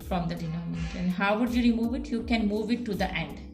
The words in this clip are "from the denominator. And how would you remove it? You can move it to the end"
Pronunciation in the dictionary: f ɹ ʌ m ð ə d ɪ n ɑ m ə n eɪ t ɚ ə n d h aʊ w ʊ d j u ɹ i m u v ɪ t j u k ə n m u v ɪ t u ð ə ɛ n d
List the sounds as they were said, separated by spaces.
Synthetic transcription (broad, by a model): f ɹ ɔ m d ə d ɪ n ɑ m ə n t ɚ ə n d h aʊ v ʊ d j u ɹ i m u v ɪ t j u k ə n m u v ɪ t u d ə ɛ n d